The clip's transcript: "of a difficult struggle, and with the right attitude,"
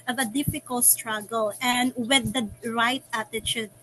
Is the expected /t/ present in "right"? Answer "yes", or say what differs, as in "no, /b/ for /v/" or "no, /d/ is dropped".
yes